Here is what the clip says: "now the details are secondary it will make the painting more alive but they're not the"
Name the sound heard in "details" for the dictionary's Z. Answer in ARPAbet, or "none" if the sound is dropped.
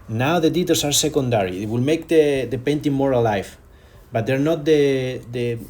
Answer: S